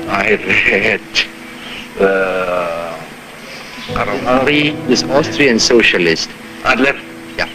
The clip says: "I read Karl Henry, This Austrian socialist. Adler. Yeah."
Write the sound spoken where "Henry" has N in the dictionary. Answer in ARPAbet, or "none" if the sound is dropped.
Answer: none